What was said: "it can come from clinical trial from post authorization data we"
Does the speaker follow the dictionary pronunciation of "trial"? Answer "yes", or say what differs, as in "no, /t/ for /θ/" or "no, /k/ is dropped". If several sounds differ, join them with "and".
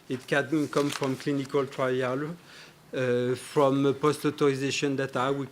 yes